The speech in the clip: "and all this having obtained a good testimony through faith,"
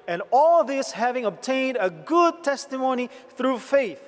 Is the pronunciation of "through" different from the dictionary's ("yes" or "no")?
no